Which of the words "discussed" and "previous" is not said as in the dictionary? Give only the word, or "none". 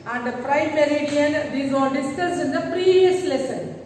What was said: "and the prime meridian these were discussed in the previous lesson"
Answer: discussed